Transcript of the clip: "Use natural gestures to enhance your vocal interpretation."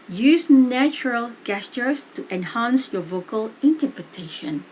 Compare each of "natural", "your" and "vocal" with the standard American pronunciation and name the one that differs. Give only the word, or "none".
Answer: none